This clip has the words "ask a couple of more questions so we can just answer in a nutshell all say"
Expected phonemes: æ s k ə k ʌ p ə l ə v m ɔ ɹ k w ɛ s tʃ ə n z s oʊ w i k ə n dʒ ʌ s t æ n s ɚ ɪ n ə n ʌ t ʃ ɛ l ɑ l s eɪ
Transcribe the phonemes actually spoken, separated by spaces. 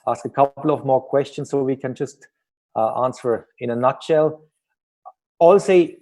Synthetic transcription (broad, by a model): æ s k ə k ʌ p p l ə v m ɔ ɹ k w ɛ s tʃ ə n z s oʊ w i k ə n dʒ ʌ s t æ n s ɚ ɪ n ə n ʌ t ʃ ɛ l ɑ l s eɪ